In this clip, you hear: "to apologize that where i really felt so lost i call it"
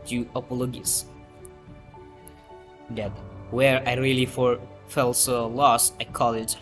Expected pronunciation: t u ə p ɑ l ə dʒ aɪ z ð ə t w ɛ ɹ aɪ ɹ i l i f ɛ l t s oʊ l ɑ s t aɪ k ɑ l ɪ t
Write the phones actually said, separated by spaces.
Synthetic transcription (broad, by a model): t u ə p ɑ l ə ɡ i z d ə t w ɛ ɹ aɪ ɹ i l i f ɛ l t s oʊ l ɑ s aɪ k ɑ l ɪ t